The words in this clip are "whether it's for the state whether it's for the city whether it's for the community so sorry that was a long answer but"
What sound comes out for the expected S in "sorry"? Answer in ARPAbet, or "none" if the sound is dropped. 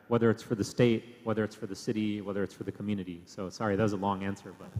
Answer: S